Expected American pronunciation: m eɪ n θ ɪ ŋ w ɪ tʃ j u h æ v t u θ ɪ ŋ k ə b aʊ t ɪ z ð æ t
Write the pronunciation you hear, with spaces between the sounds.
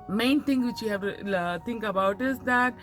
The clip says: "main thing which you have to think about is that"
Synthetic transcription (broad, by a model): m eɪ n t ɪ ŋ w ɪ tʃ j u h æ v t u t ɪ ŋ k ə b aʊ t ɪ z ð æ t